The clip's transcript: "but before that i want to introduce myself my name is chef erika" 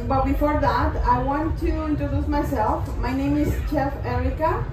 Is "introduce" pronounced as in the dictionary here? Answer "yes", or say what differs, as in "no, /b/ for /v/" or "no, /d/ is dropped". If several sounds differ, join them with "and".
yes